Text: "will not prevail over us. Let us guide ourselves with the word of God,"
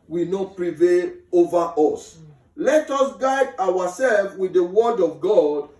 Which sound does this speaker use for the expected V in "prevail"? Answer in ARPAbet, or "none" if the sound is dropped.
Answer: V